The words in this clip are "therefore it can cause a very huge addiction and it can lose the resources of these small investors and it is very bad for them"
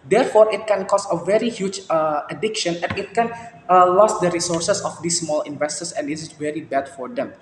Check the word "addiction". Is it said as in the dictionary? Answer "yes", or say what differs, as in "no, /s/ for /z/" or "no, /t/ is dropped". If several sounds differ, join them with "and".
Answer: yes